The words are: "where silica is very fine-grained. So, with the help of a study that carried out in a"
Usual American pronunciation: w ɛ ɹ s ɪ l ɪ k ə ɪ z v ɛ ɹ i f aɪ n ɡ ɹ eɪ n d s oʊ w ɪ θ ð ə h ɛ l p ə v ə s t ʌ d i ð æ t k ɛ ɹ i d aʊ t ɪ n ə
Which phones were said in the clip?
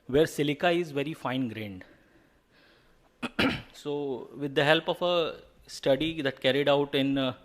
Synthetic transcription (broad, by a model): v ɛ ɹ s ɪ l ɪ k ə ɪ z v ɛ ɹ i f aɪ n ɡ ɹ eɪ n d s oʊ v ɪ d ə h ɛ l p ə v ə s t ʌ d i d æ t k ɛ ɹ i d aʊ t ɪ n